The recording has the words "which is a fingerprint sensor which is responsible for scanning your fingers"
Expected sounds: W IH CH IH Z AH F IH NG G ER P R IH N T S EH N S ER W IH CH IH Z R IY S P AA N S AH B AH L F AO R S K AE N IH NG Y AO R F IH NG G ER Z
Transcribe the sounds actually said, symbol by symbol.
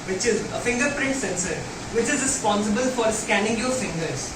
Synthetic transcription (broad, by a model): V IH CH IH Z AH F IH NG G ER P R IH N T S EH N S ER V IH CH IH Z R IY S P AA N S AH B AH L F AO R S K AE N IH NG Y AO R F IH NG G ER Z